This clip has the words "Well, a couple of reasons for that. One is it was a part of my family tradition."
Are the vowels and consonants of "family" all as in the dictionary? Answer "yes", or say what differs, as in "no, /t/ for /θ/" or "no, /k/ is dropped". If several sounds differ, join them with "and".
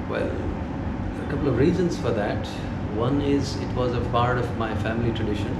yes